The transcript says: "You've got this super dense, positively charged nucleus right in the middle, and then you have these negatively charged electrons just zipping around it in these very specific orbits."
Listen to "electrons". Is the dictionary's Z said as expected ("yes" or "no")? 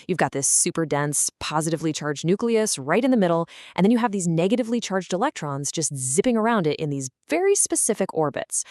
yes